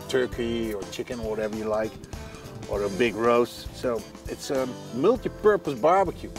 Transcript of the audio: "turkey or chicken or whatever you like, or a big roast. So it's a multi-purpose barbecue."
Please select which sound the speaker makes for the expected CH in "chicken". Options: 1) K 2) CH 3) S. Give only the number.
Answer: 2